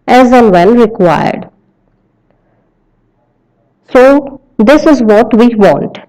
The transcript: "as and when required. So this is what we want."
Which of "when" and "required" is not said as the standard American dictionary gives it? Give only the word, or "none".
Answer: when